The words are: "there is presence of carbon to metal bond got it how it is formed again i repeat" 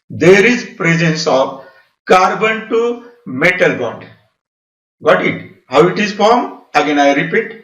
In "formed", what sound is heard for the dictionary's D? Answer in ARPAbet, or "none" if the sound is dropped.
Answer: none